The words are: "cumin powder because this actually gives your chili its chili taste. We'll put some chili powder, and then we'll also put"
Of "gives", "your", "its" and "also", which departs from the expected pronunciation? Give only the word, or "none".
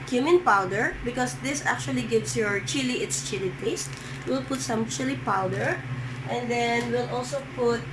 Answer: gives